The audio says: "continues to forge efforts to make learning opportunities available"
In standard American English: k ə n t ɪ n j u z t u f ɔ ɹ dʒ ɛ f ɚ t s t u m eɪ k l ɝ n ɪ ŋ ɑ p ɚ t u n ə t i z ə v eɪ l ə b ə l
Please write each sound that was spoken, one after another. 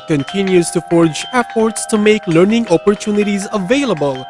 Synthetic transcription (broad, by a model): k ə n t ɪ n j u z t u f ɔ ɹ dʒ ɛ p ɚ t s t u m eɪ k l ɝ n ɪ ŋ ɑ p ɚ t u n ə t i z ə v eɪ l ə b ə l